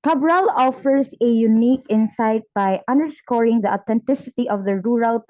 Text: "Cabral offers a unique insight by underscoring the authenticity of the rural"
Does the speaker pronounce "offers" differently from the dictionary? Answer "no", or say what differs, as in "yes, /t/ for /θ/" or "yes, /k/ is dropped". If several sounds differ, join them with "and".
yes, /s/ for /z/